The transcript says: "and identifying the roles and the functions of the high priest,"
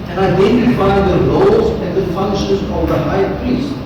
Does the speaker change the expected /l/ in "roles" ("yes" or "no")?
yes